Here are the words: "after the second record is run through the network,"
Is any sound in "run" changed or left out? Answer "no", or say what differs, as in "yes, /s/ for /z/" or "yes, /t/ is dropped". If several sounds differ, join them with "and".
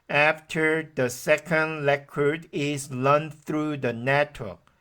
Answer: yes, /l/ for /ɹ/